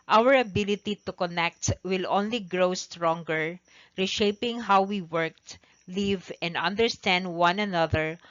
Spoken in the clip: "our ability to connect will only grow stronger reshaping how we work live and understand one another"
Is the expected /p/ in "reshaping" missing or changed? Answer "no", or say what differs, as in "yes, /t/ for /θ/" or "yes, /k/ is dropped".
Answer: no